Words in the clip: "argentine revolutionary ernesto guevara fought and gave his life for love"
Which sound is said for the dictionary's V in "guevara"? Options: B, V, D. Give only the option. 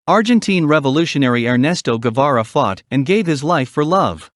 V